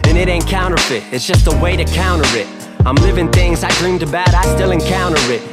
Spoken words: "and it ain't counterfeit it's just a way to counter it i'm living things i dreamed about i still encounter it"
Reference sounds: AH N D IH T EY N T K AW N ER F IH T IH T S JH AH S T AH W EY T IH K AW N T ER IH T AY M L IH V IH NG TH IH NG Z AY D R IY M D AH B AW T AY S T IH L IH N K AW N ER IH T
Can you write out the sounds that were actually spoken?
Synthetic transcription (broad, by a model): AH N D IH T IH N K AW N ER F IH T IH T S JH AH S T AH W EY T IH K AW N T ER IH T AY M L IH V IH NG TH IH NG Z AY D R IY M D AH B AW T AY S T IH L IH N K AW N ER IH T